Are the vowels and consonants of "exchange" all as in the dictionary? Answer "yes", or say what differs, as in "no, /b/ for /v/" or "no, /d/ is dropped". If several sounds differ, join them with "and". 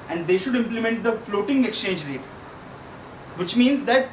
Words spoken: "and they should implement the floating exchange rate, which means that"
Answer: yes